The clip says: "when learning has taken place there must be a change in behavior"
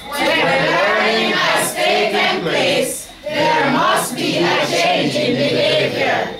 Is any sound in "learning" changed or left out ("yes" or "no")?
yes